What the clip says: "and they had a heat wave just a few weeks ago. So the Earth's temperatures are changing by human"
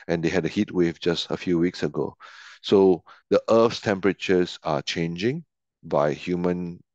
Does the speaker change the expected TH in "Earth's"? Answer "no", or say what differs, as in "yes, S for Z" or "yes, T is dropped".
yes, F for TH